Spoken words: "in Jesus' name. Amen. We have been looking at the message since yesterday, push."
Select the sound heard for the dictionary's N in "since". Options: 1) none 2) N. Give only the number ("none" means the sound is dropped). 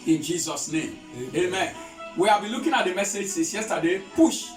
1